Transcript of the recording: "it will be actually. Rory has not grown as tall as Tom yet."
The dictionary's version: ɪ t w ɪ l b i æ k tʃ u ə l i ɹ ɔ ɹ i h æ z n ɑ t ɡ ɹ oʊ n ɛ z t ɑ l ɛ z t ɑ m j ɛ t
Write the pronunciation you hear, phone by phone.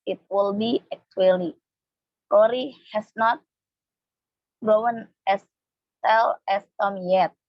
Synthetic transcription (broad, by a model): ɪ t w ɪ l b i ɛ k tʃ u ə l i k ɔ ɹ i h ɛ s n ɑ t ɡ oʊ n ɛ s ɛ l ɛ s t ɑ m j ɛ t